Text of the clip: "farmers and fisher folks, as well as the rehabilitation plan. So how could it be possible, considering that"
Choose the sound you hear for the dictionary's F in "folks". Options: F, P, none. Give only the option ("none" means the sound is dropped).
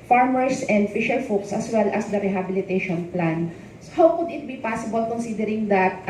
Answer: F